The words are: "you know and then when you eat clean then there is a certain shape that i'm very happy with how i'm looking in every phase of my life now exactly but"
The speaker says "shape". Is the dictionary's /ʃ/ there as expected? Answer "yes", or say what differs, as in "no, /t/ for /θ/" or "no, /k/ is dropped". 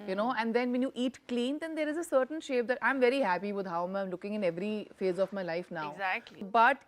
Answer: yes